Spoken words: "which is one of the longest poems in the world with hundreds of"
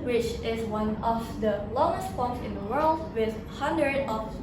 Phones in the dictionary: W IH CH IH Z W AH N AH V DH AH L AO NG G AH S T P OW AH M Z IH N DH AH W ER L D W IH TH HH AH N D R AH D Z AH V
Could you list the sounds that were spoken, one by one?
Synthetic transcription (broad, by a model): W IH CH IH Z W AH N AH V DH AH L AO NG G AH S T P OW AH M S IH N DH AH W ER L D W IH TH HH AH N D R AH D AH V